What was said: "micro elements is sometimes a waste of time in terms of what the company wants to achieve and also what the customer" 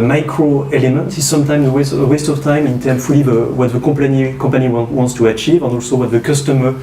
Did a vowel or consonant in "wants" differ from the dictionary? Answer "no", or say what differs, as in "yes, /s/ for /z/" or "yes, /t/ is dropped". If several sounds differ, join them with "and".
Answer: no